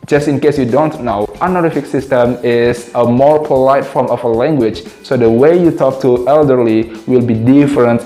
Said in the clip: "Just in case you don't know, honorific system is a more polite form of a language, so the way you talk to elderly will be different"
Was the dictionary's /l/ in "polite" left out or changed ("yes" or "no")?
no